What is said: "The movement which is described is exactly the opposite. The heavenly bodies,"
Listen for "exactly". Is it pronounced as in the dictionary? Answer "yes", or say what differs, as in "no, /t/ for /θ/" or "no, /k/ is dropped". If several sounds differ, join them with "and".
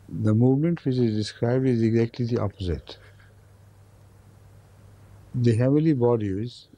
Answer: yes